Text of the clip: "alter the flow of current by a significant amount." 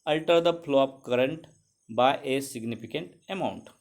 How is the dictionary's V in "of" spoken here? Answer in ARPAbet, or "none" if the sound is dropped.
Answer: P